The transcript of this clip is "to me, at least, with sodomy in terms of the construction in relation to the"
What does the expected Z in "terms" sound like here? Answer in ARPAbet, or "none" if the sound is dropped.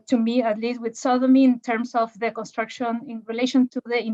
S